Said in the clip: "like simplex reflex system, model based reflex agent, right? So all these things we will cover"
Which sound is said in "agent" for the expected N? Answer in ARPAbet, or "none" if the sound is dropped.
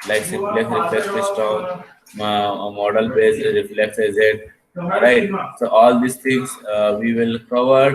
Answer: none